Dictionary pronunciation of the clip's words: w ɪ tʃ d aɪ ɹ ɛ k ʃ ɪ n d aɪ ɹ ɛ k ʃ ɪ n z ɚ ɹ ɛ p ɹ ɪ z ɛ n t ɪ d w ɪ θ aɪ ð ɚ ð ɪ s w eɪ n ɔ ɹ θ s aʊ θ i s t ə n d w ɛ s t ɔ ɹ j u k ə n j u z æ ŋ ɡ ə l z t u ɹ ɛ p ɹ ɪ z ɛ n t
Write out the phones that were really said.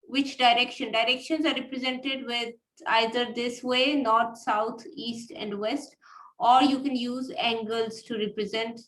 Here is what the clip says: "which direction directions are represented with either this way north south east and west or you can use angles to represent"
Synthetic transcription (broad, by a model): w ɪ tʃ d aɪ ɹ ɛ k ʃ ɪ n d aɪ ɹ ɛ k ʃ ɪ n z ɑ ɹ ɛ p ɹ ɪ z ɛ n t ɪ d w ɪ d aɪ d ɚ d ɪ s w eɪ n ɔ ɹ t s aʊ t i s t ə n d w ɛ s t ɔ ɹ j u k ə n j u z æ ŋ ɡ ə l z t u ɹ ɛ p ɹ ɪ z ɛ n t